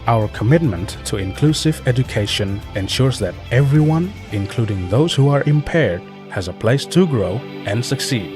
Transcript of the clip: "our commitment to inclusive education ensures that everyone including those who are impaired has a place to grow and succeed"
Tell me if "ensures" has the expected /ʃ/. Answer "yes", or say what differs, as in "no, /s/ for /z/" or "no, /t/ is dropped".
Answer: yes